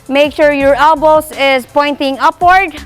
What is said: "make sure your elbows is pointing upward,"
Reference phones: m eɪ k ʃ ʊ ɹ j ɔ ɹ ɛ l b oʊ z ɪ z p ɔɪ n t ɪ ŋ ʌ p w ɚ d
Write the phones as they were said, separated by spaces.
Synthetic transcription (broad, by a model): m eɪ k ʃ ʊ ɹ j ɔ ɹ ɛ l b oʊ s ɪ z p ɔɪ n t ɪ ŋ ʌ p w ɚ d